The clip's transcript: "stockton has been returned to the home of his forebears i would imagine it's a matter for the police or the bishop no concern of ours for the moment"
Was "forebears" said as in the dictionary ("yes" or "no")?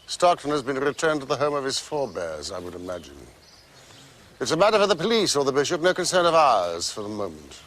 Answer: yes